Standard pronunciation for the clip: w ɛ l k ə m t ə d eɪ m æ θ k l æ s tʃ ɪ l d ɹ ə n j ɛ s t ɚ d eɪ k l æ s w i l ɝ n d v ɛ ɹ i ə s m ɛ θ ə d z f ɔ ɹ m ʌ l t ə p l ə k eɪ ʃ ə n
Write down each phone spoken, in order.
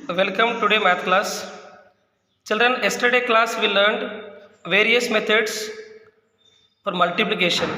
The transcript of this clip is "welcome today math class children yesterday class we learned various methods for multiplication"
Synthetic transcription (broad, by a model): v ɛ l k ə m t ə d eɪ m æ t k l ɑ s tʃ ɪ l d ɹ ə n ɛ s t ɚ d eɪ k l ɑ s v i l ɝ n d v ɛ ɹ i ə s m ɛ t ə d s f ɔ ɹ m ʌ l t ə p l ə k eɪ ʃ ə n